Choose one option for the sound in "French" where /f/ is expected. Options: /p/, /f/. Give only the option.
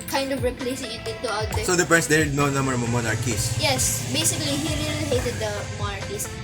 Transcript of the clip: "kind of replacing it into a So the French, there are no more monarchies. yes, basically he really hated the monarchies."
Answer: /p/